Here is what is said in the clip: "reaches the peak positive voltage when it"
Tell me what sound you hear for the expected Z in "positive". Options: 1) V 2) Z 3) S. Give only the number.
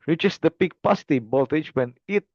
3